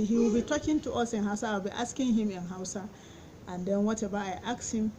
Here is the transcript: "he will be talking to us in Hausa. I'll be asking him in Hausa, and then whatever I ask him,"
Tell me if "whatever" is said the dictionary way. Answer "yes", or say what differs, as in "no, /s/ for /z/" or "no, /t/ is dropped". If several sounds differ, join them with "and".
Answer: no, /b/ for /v/